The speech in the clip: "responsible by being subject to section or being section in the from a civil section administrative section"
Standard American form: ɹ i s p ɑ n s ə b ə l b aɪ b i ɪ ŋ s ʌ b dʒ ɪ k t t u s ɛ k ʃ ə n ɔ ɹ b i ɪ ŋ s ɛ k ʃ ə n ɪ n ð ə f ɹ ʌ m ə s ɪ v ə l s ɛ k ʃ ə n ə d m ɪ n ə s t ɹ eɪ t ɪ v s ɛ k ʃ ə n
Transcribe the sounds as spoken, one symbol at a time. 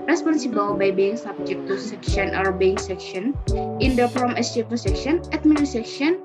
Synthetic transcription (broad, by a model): ɹ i s p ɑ n s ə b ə l b aɪ b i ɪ ŋ s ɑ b dʒ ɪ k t t u s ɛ k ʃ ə n ɔ ɹ b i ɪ ŋ s ɛ k ʃ ə n ɪ n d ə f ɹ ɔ m ə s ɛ p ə s ɛ k ʃ ə n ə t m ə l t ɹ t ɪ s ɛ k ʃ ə n